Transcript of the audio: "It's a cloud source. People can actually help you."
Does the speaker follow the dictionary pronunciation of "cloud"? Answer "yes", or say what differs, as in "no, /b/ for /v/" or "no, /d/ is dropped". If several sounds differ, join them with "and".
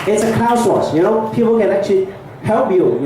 no, /l/ is dropped